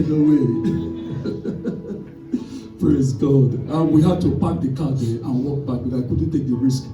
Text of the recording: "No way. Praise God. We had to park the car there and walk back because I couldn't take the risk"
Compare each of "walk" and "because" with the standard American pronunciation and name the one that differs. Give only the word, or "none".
because